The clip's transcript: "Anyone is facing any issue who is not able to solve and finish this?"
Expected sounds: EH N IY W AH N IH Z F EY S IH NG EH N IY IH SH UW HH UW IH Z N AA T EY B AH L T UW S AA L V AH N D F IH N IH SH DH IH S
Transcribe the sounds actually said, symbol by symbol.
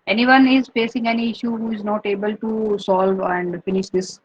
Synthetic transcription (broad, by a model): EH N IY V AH N IH Z F EY S IH NG EH N IY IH SH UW HH UW IH Z N AA T EY B AH L T UW S AA L V AH N D F IH N IH SH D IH S